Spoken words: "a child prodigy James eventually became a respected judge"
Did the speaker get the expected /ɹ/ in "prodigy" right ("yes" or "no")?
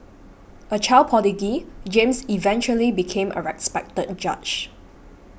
no